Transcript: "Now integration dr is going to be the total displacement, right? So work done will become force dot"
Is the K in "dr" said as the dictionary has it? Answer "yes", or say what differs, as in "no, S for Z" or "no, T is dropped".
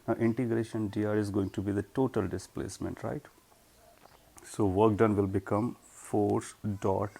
no, K is dropped